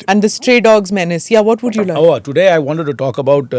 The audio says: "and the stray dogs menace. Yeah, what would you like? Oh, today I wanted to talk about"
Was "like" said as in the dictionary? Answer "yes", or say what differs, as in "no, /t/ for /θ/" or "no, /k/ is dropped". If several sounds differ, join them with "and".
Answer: no, /k/ is dropped